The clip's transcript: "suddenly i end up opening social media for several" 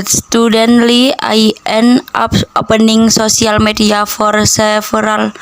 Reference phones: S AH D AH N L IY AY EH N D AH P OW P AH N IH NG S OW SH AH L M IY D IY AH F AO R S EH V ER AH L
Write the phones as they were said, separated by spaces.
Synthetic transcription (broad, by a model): S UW D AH N L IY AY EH N AA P OW P AH N IH NG S OW S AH L M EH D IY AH F AO R S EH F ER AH L